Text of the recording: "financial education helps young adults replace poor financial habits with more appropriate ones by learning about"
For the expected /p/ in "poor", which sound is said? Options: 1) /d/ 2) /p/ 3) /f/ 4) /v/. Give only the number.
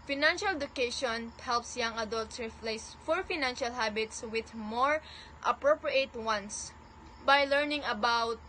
3